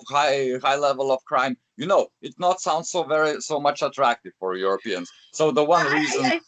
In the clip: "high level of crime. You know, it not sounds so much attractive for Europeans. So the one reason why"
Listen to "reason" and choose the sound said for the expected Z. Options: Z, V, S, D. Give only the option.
Z